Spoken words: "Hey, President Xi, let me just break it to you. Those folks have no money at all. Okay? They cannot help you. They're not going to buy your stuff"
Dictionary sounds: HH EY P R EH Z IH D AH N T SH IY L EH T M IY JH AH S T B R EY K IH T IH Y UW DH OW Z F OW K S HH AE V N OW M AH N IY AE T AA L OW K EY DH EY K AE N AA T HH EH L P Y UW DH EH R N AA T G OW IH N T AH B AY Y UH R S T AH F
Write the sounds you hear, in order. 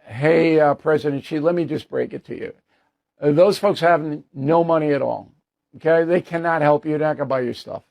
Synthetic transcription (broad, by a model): HH EY P R EH Z IH D AH N T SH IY L EH T M IY JH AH S B R EY K IH T IH Y UW DH OW Z F OW K S HH AE V N OW M AH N IY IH T AA L OW K EY DH EY K AE N AA T HH EH L P Y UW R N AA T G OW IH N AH B AY Y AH R S T AH F